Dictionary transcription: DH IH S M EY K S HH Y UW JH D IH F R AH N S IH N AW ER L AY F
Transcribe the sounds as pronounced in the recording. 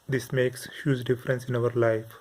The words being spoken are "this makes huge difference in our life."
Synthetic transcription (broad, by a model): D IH S M EY K S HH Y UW Z D IH F R AH N S IH N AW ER L AY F